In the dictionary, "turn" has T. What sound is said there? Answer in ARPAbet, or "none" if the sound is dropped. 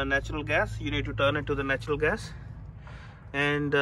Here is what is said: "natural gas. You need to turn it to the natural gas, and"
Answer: T